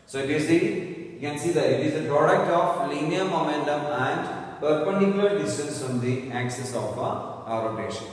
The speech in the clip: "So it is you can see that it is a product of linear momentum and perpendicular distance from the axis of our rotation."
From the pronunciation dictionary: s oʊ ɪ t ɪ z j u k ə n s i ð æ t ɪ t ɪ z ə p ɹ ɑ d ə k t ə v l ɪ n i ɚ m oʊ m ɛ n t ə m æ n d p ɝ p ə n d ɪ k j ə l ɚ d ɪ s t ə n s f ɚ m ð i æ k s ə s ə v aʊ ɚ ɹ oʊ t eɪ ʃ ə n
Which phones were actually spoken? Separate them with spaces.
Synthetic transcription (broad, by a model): s oʊ ɪ t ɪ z j u k ə n s i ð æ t ɪ t ɪ z ə p ɹ ɑ d ə k t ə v l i n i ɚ m oʊ m ɛ n t ə m æ n d p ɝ p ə n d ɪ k j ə l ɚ d ɪ s t ə n s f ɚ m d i æ k s ə s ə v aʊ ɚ ɹ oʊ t eɪ ʃ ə n